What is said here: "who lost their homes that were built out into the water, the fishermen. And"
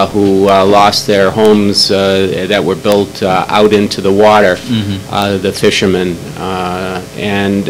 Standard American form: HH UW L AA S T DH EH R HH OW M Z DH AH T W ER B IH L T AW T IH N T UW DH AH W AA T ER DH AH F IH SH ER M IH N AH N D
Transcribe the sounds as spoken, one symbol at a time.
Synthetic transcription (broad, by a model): HH UW L AA S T DH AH R HH OW M Z DH AH T W ER B IH L T AW T IH N T UW DH AH W AA T ER DH AH F IH SH ER M IH N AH N